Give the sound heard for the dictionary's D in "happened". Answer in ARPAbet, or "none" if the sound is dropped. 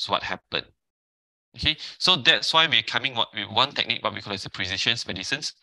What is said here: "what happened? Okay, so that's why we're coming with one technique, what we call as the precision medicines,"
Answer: none